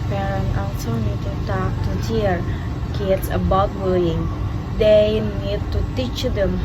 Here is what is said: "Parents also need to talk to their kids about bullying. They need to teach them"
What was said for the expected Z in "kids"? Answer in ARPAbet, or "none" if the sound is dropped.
S